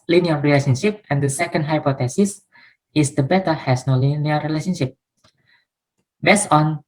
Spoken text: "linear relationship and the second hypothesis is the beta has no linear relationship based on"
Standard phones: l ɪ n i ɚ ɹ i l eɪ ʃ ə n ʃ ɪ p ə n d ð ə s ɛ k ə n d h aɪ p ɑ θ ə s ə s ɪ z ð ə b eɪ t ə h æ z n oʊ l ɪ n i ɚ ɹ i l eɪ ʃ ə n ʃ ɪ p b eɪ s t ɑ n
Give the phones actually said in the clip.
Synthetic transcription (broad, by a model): l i n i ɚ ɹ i l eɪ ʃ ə n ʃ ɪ p ə n d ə s ɛ k ə n d h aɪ p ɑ t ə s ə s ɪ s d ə b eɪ t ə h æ s n oʊ l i n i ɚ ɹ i l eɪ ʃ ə n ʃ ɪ p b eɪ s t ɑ n